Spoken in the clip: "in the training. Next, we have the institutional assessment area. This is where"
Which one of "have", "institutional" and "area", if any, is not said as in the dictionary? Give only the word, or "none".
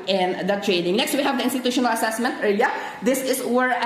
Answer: area